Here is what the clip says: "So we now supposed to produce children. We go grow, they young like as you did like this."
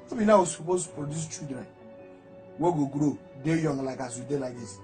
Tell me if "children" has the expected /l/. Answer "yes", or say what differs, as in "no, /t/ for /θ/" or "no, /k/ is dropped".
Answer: no, /l/ is dropped